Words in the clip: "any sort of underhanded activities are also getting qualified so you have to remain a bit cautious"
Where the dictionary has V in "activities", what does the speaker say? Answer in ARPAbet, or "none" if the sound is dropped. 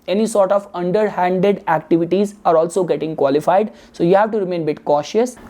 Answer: V